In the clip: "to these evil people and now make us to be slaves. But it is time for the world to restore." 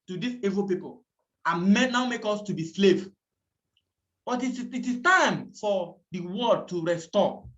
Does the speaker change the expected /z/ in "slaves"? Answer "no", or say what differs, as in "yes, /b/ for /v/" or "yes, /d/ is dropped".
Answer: yes, /z/ is dropped